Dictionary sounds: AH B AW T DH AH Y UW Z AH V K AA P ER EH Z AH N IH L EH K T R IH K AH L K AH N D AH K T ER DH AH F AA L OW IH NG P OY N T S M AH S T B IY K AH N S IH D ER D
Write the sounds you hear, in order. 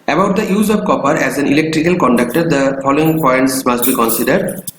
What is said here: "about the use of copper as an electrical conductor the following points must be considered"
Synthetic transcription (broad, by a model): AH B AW T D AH Y UW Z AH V K AA P ER EH Z AH N IH L EH K T R IH K AH L K AH N D AH K T ER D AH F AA L OW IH NG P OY N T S M AH S T B IY K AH N S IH D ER D